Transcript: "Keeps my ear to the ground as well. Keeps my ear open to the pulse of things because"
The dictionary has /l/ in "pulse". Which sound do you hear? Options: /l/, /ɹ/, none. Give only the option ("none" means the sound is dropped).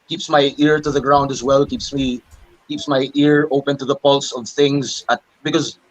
/l/